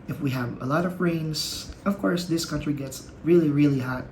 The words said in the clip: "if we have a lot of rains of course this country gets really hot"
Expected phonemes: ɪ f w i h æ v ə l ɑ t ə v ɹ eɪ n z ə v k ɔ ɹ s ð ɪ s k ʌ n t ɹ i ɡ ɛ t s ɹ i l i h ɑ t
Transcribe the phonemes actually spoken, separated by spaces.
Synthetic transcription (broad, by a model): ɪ f w i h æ v ə l ɑ t ə v ɹ eɪ n s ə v k ɔ ɹ s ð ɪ s k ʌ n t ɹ i ɡ ɛ t s ɹ i l i h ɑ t